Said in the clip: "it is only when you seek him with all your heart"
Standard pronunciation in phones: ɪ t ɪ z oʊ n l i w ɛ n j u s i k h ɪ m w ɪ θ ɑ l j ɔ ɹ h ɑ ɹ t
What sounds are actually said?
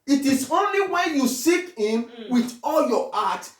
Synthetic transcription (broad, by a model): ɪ t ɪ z oʊ n l i w ɛ n j u s i k h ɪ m w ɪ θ ɑ l j ɔ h ɑ t